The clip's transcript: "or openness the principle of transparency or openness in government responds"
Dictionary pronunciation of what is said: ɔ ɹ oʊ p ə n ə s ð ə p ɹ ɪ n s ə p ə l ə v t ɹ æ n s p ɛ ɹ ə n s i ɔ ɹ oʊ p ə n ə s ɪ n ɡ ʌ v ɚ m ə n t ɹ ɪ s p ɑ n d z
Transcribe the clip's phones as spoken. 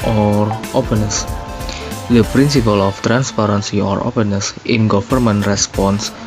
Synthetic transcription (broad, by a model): ɔ ɹ oʊ p ə n ə s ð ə p ɹ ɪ n s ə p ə l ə f t ɹ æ n s p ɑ ɹ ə n s i ɔ ɹ oʊ p ə n ə s ɪ n ɡ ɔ f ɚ m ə n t ɹ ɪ s p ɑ n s